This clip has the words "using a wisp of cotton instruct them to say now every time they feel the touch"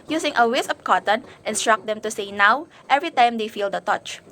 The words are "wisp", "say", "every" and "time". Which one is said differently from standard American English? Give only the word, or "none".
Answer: wisp